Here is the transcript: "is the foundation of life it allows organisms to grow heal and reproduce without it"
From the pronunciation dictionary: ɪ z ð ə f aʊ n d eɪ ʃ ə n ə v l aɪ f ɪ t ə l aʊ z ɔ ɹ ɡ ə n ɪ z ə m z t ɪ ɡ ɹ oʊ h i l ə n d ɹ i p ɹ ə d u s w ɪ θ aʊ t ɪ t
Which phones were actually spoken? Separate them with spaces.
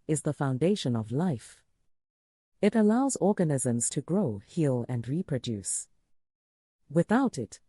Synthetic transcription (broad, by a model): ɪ z ð ə f aʊ n d eɪ ʃ ə n ə v l aɪ f ɪ t ə l aʊ z ɔ ɹ ɡ ə n ɪ z ə m z t ɪ ɡ ɹ oʊ h i l ə n d ɹ i p ɹ ə d u s w ɪ θ aʊ t ɪ t